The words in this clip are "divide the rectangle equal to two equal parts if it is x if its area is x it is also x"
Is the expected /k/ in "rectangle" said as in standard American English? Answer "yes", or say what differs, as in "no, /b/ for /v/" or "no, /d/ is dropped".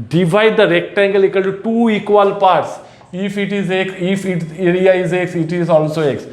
yes